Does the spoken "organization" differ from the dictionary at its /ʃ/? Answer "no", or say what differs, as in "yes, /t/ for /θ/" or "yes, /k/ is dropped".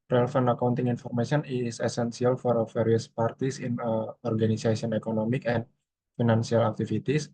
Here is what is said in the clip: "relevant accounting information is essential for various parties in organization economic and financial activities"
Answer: yes, /s/ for /ʃ/